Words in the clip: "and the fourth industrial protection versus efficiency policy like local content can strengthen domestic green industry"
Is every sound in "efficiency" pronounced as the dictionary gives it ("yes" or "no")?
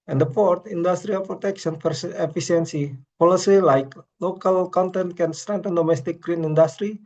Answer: no